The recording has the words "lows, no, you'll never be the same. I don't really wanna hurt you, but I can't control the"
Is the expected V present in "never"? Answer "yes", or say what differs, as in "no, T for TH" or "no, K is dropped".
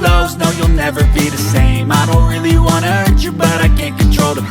yes